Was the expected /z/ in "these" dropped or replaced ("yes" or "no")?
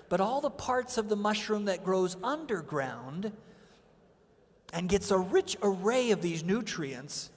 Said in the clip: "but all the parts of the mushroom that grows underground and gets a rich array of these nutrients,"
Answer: no